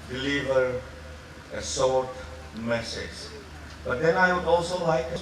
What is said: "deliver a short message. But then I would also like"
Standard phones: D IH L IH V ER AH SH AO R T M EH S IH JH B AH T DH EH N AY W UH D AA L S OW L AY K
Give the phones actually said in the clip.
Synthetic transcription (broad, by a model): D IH L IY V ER AH S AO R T M EH S IH JH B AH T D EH N AY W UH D AA L S OW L AY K